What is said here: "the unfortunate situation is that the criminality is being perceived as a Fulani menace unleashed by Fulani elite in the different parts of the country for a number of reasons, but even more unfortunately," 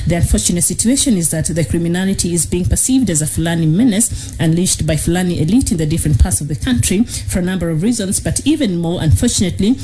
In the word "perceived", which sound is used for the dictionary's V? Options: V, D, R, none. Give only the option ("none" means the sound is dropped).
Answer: V